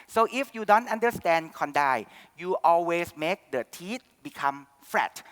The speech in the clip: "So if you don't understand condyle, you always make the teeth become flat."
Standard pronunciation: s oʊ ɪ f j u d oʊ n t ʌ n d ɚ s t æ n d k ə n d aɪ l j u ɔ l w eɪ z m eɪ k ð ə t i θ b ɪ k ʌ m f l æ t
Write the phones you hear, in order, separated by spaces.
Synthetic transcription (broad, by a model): s oʊ ɪ f j u d oʊ n t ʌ n d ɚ s t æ n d k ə n d aɪ j u ɔ l w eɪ s m eɪ k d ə t i t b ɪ k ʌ m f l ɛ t